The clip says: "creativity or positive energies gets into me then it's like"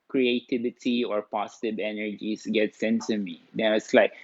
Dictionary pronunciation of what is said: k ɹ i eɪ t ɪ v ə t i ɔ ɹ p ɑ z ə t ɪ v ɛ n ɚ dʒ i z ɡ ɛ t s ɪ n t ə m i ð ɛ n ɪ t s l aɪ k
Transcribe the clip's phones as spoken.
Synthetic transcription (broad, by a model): k ɹ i eɪ t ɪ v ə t i ɔ ɹ p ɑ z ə t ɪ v ɛ n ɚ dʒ i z ɡ ɛ t s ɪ n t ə m i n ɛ ɪ t s l aɪ k